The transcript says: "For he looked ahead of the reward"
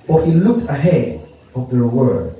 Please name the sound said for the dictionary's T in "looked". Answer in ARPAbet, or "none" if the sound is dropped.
T